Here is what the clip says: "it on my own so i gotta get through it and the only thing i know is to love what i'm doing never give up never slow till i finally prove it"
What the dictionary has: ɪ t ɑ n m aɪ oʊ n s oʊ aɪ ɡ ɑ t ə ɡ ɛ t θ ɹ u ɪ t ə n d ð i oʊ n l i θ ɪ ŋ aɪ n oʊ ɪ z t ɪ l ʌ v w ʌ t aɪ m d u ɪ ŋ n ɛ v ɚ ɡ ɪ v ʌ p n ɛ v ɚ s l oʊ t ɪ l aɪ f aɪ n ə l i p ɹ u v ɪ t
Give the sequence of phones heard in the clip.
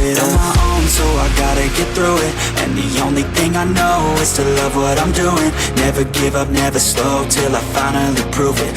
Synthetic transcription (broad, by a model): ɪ t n m aɪ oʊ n s oʊ aɪ ɡ ɑ t ə ɡ ɛ t θ ɹ u ɪ t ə n ð i oʊ n l i θ ɪ ŋ aɪ n oʊ ɪ z t ɪ l ʌ v w ʌ t aɪ m d u ɪ ŋ n ɛ v ɚ ɡ ɪ v ʌ p n ɛ v ɚ s l oʊ t ɪ l aɪ f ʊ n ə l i p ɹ u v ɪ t